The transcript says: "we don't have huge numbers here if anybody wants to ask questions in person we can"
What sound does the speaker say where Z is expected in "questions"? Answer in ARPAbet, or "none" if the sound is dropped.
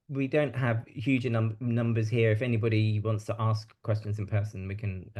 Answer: Z